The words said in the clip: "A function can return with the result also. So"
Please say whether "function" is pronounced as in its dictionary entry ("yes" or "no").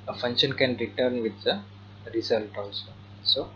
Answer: yes